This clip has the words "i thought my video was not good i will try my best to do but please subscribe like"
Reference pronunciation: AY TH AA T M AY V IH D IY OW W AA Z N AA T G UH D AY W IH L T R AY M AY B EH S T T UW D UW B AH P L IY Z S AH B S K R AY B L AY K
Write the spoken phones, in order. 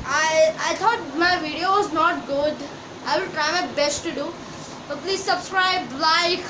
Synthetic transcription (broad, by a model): AY T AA T M AY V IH D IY OW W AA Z N AA T G UH D AY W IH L T R AY M AY B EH S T T UW D UW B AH P L IY Z S AH B S K R AY B L AY K